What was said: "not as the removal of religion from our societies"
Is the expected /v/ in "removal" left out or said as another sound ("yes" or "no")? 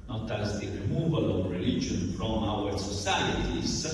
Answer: no